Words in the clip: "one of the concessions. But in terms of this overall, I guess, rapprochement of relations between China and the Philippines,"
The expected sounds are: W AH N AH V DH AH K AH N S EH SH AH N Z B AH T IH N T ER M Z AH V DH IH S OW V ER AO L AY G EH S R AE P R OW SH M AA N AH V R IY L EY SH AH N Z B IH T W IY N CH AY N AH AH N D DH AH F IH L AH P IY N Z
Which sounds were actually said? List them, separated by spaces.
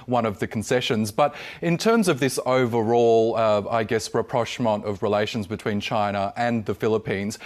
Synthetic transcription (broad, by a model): W AH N AH V DH AH K N S EH SH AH N Z B AH T IH N T ER M Z AH V DH IH S OW V ER AO L AY G EH S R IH P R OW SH M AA N AH V R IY L EY SH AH N Z B IH T W IY N CH AY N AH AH N DH AH F IH L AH P IY N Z